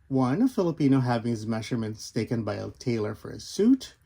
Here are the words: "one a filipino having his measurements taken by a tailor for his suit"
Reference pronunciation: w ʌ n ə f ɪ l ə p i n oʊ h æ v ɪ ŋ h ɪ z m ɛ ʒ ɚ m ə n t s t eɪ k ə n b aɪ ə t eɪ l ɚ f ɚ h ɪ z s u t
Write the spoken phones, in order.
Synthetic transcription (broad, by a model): w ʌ n ə f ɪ l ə p i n oʊ h æ v ɪ ŋ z m ɛ ʒ ɚ m ə n t s t eɪ k ə n b aɪ ə t eɪ l ɚ f ɚ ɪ s u t